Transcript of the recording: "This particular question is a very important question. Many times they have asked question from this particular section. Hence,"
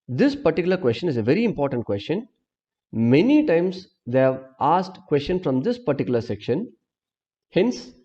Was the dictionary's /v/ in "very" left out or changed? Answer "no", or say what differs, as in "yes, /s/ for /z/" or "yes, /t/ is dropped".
no